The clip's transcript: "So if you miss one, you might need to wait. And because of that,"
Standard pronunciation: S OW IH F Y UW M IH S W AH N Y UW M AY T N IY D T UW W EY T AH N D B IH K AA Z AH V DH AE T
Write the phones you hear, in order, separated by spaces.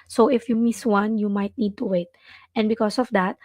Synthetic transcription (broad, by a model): S OW IH F Y UW M IH S W AH N Y UW M AY T N IY D T UW W EY T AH N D B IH K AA S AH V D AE T